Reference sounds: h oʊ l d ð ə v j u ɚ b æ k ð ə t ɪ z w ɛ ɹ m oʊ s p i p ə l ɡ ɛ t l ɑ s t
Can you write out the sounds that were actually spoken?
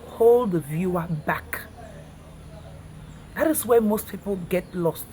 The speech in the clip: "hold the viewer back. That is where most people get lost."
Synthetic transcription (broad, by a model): h oʊ l d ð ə v j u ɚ b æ k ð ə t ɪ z w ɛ m oʊ s p i p ə l ɡ ɛ t l ɑ s t